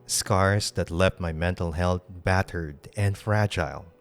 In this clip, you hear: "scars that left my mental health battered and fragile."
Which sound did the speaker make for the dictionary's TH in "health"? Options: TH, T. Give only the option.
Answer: T